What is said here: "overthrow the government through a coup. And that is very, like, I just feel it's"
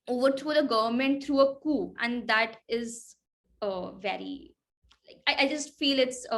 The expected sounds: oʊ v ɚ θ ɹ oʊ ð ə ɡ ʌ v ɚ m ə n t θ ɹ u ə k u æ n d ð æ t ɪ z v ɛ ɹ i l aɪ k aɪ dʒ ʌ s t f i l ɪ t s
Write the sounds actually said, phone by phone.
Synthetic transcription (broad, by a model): oʊ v ɚ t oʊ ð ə ɡ ʌ v ɚ m ə n t t ɹ u ə k u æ n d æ t ɪ z v ɛ ɹ i l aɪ k aɪ dʒ ʌ s t f i l ɪ t s